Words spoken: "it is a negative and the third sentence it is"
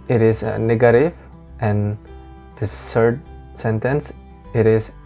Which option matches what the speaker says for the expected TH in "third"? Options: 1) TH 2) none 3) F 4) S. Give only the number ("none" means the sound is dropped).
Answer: 4